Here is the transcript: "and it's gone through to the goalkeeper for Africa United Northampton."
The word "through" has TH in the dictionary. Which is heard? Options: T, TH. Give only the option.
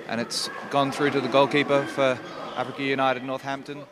TH